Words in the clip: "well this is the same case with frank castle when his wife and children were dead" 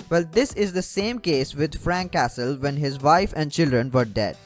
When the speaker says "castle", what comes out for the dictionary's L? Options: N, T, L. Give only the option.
L